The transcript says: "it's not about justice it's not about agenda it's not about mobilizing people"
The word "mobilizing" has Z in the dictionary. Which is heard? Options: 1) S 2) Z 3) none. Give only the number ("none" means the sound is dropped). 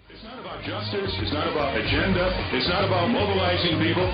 2